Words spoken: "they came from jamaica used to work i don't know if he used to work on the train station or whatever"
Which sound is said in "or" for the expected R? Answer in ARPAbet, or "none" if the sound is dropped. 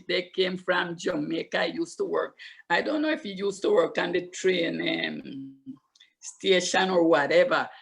R